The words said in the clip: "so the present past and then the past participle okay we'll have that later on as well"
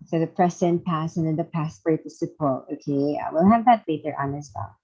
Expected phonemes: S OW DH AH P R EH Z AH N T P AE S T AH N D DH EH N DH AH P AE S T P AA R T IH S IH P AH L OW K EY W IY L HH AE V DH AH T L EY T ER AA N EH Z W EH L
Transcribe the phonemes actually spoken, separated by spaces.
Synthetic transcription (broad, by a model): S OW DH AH P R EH S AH N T P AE S AH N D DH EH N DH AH P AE S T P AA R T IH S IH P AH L OW K EY W IY L HH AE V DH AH T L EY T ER AA N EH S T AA